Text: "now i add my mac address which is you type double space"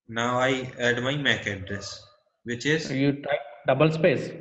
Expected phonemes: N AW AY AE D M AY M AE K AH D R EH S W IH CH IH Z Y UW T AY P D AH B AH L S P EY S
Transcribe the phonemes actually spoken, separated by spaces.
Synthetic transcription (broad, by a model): N AW AY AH D M AY M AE K AH D R EH S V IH CH IH Z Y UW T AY D AH B AH L S P EY S